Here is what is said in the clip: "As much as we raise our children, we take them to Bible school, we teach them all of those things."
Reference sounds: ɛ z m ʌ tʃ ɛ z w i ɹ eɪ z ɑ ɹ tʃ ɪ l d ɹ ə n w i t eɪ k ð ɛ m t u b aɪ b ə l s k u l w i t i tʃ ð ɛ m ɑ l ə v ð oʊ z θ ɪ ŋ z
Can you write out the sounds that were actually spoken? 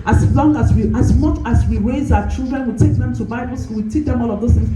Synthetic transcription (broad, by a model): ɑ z m ʌ tʃ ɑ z w i ɹ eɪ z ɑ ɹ tʃ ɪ l d ɹ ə n w i t eɪ k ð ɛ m t u b aɪ b ə l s ɔ w i t i tʃ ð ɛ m ɑ l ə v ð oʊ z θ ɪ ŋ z